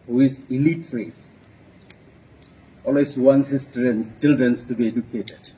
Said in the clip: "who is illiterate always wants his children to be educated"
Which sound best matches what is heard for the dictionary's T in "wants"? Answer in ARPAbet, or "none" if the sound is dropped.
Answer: S